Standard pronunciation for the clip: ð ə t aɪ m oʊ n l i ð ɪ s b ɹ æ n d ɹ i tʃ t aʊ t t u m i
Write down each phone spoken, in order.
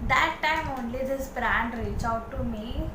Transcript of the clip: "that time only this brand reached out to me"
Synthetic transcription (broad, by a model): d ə t aɪ m oʊ n l i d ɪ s b ɹ æ n d ɹ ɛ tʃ aʊ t t u m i